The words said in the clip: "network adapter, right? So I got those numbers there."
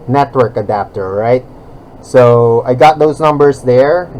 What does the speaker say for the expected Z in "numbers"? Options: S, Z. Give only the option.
S